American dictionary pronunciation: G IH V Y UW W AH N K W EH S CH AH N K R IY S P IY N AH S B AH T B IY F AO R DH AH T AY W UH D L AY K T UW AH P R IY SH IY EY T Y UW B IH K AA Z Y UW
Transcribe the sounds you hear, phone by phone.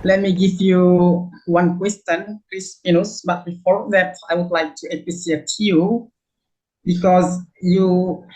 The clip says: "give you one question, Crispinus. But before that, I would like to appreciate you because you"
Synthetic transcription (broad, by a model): G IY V Y UW W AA N K W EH S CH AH N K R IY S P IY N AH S B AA T B IY F AO R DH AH T AY W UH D L AY K T UW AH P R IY S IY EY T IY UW B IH K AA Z Y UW